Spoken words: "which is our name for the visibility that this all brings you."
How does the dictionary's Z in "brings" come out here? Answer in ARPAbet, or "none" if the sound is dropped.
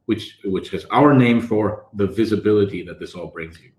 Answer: Z